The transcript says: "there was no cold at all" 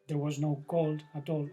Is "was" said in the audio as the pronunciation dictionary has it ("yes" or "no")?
yes